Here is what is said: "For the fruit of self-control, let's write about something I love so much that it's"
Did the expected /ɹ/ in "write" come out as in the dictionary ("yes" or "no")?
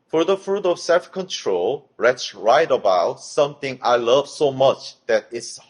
yes